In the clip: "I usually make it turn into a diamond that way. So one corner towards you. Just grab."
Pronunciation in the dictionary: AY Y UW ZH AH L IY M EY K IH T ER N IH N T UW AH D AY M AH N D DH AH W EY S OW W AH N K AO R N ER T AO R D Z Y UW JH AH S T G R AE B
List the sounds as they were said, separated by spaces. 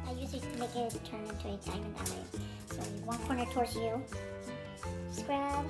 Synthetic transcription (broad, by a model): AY Y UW S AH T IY M EY K IH T ER N IH N T UW AH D AY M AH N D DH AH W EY S OW W AH N K AO R N ER T AO R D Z Y UW S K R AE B